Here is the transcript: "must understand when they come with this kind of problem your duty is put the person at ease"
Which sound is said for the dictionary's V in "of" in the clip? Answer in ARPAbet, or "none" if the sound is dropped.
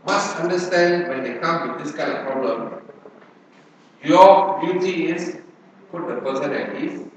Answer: F